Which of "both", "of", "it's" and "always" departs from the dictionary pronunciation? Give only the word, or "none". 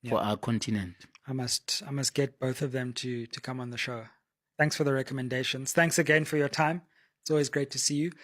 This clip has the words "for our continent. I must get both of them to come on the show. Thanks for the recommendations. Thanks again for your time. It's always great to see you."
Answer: none